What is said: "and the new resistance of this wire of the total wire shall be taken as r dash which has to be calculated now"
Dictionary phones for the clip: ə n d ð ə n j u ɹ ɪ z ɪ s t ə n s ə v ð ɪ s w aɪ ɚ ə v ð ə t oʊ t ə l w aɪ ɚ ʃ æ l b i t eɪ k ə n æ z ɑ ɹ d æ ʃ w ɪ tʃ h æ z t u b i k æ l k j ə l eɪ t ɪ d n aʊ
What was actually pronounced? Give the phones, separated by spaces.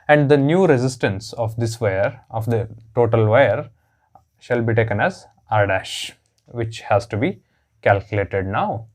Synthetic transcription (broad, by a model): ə n d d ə n j u ɹ ɪ z ɪ s t ə n s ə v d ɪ s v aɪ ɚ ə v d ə t oʊ t ə l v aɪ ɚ ʃ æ l b i t eɪ k ə n æ z ɑ ɹ d æ ʃ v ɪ tʃ h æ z t u b i k æ l k j ə l eɪ t ɪ d n aʊ